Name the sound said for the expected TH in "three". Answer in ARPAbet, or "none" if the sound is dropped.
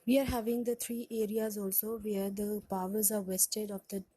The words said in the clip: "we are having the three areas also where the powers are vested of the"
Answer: T